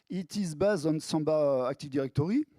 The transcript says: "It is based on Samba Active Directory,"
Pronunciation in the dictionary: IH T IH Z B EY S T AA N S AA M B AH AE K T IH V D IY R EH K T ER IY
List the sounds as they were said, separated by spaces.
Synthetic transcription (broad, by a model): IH T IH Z B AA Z AA N S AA B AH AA K T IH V D IY R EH K T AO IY